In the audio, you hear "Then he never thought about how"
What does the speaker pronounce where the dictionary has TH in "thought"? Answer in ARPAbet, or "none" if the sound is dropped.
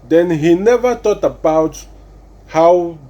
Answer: T